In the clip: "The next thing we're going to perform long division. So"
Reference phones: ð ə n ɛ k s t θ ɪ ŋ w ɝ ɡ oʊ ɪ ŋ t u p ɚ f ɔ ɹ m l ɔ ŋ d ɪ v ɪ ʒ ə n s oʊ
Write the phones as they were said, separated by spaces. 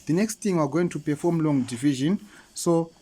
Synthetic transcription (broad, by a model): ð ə n ɛ k s t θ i ŋ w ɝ ɡ oʊ ɪ ŋ t u p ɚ f ɔ m l ɔ ŋ d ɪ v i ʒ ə n s oʊ